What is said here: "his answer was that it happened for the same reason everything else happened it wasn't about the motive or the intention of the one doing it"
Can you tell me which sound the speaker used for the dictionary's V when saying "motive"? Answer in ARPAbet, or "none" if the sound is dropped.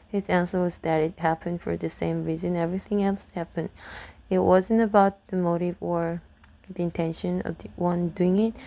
V